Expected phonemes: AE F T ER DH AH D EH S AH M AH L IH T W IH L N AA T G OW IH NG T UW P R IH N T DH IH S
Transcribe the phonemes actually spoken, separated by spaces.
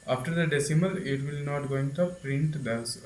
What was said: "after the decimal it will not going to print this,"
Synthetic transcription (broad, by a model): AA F T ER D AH D EH S AH M AH L IH T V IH L N AA T G OW IH NG T UW P R IH N T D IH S